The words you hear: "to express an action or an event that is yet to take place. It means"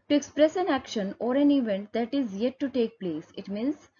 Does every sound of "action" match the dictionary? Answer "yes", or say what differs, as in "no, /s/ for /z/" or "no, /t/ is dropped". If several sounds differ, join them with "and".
yes